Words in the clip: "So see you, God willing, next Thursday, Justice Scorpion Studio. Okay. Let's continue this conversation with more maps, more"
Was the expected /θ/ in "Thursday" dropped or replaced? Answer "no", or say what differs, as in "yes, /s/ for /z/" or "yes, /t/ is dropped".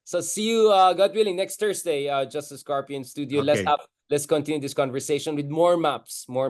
yes, /t/ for /θ/